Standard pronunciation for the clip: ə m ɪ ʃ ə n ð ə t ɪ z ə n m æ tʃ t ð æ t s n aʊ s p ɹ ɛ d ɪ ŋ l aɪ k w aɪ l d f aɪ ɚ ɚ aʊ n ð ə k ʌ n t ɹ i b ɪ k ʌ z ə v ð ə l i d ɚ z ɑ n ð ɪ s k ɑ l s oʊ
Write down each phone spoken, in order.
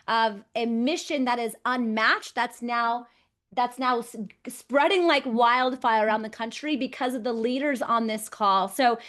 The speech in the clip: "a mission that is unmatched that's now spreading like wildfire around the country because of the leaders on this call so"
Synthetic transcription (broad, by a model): ə m ɪ ʃ ə n ð ə t ɪ z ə n m æ tʃ t ð æ t s n aʊ s p ɹ ɛ d ɪ ŋ l aɪ k w aɪ l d f aɪ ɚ ɚ aʊ n ð ə k ʌ n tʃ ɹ i b ɪ k ʌ z ə v ð ə l i d ɚ z n ð ɪ s k ɑ l s oʊ